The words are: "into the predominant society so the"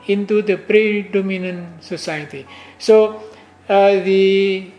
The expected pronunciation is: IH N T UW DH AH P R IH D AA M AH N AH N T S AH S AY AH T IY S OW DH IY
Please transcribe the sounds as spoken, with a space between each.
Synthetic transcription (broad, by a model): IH N T UW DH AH P R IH D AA M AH N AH N S AH S AY AH T IY S OW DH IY